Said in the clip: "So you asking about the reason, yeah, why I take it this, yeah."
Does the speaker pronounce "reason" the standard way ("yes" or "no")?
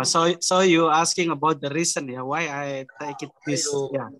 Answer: no